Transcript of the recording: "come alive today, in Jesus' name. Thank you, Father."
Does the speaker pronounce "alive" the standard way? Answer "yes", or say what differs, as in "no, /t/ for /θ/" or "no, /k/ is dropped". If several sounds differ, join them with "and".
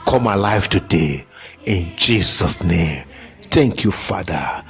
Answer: no, /f/ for /v/